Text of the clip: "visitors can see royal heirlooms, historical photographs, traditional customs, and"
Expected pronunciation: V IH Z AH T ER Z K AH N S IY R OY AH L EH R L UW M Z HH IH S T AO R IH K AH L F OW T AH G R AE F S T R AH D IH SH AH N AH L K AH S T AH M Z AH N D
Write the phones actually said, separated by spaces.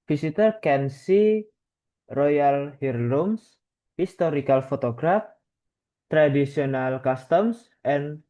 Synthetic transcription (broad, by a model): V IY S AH T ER K AH N S IY R OY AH L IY R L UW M S HH IH S T AO R IH K AH L F OW T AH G R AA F T R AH D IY S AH N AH L K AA S T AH M S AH N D